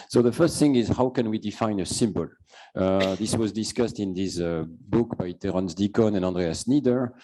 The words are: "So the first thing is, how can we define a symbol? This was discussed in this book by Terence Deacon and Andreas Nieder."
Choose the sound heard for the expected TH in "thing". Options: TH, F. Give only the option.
TH